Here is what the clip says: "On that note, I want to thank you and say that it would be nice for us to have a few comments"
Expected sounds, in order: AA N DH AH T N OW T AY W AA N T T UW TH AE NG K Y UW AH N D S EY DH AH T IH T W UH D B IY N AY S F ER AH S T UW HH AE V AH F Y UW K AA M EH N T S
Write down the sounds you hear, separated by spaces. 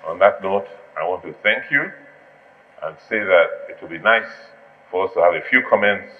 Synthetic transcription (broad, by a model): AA N DH AH T N OW T AY W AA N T T UW TH AE NG K Y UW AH N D S EY DH AH T IH T W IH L B IY N AY S F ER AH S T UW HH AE V AH F Y UW K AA M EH N T S